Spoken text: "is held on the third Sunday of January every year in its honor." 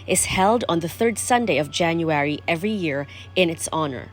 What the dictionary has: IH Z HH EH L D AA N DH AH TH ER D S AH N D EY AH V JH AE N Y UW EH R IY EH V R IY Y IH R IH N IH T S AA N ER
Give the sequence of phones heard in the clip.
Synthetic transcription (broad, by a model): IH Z HH EH L D N DH AH TH ER D S AH N D EY AH V JH AE N Y UW EH R IY EH V R IY Y IH R IH N IH T S AA N ER